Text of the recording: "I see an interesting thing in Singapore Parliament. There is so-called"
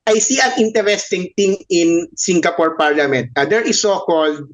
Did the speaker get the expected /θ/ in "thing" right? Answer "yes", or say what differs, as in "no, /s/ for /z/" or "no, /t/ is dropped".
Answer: no, /t/ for /θ/